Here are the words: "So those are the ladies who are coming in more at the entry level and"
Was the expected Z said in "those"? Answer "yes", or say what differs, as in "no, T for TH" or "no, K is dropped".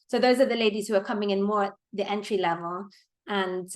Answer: yes